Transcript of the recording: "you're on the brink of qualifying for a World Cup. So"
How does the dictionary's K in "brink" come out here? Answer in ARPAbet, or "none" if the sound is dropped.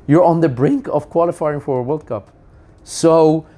K